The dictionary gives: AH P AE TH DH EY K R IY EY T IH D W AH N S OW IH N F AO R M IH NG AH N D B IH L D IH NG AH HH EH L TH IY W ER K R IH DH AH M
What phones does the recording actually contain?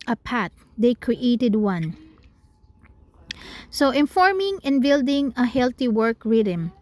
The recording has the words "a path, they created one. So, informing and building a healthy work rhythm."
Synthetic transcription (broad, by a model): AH P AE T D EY K R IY EY T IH D W AH N S OW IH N F AO R M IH NG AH N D B IH L D IH NG AH HH EH L T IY W ER K R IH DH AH M